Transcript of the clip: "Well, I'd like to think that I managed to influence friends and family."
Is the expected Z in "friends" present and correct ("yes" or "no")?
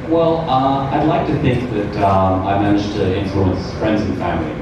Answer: yes